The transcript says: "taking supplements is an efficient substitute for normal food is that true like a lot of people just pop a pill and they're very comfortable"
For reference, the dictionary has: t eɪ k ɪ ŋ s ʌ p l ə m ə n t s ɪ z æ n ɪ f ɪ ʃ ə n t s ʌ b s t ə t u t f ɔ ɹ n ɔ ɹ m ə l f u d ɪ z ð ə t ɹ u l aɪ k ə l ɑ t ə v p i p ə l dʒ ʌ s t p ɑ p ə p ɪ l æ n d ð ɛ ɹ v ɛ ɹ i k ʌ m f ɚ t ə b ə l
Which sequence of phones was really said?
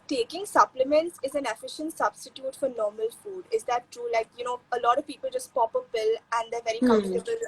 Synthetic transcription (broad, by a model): t eɪ k ɪ ŋ s ʌ p l ə m ə n t s ɪ z æ n ɪ f ɪ ʃ ə n t s ʌ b s t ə t u t f ɔ ɹ n ɔ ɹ m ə l f u d ɪ z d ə t ɹ u l aɪ k ə l ɑ t ə v p i p ə l dʒ ʌ s t p ɑ p ə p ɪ l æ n d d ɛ ɹ v ɛ ɹ i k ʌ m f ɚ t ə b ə l